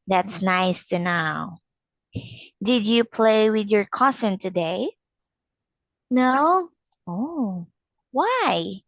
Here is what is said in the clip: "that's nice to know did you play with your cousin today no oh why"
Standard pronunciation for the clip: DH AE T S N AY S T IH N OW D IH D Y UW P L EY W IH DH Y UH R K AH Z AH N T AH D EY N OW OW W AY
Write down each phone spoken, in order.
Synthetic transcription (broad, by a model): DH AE T S N AY S T IH N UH D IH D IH P L EY W IH DH Y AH R K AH S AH N T AH D EY N OW OW W AY